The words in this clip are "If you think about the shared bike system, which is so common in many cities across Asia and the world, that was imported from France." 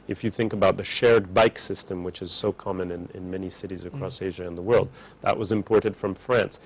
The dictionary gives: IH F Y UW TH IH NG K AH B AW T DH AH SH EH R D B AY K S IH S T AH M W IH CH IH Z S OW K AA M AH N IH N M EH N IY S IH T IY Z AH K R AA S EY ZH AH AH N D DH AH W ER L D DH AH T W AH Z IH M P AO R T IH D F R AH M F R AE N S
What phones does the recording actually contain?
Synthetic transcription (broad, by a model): IH F Y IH TH IH NG K AH B AW T DH AH SH EH R D B AY K S IH S T AH M W IH CH IH Z S OW K AA M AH N IH N M EH N IY S IH T IY Z AH K R AA S EY ZH AH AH N DH AH W ER L D DH AH T W AH Z IH M P AO R T IH D F R AH M F R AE N S